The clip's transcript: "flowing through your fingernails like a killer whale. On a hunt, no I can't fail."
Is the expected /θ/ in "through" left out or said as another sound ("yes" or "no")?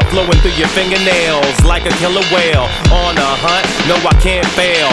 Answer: no